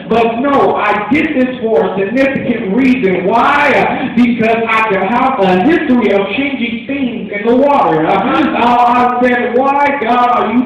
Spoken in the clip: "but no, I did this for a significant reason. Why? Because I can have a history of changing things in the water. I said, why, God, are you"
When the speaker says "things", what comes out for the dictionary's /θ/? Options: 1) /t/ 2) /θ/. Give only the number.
2